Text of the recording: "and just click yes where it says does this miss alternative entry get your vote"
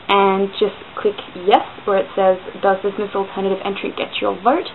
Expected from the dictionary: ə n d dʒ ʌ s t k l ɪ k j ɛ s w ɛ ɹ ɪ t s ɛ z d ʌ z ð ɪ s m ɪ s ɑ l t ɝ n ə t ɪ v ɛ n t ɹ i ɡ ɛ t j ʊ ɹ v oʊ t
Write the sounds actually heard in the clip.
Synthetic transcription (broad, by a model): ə n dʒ ʌ s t k l ɪ k j ɛ s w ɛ ɹ ɪ t s ɛ z d ʌ z ð ɪ s m ɪ s l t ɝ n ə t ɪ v ɛ n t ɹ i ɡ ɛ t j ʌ ɹ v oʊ t